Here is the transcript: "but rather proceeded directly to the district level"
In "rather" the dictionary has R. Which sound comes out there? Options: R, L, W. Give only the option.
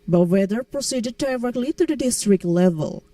W